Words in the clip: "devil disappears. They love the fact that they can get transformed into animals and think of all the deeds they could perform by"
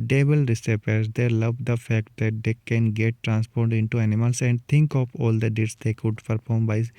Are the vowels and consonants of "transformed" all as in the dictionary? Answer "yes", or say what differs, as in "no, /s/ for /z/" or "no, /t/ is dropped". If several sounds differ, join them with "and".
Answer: no, /p/ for /f/